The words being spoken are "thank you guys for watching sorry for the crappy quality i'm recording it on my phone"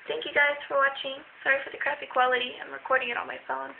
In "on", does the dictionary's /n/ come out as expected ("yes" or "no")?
no